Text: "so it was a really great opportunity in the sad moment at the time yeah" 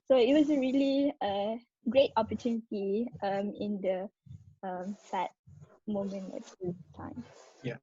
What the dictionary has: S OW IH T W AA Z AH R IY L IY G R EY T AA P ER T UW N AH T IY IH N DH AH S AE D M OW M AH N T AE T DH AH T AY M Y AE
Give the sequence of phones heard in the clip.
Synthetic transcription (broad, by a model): S OW IH T W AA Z AH R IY L IY G R EY T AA P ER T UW N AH T IY IH N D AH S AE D M OW M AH N AE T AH T AY M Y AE